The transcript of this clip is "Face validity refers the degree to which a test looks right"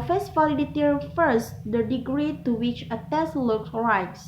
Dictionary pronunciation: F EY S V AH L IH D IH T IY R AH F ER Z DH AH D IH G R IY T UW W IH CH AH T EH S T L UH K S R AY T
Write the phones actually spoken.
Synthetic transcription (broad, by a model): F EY S F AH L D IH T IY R F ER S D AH D IH G R IY T UW W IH CH AH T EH S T L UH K R AY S